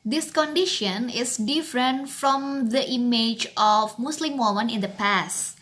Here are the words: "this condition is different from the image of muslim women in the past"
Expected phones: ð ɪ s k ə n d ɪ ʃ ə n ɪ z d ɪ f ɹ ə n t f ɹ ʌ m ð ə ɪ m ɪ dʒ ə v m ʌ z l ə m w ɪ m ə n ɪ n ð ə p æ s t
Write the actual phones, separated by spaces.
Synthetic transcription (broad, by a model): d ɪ s k ə n d ɪ ʃ ə n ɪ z d ɪ f ɹ ə n t f ɹ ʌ m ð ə ɪ m ɪ dʒ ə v m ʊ s l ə m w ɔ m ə n ɪ n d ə p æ s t